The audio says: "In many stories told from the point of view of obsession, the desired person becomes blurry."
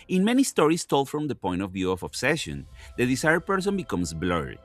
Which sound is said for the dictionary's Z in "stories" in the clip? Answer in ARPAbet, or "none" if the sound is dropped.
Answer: S